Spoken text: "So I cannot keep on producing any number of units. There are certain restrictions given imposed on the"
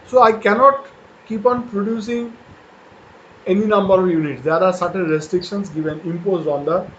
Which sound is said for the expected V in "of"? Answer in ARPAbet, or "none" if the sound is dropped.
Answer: V